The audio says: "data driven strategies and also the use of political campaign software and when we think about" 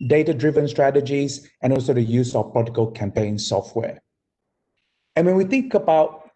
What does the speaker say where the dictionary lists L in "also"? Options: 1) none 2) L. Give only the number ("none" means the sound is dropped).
2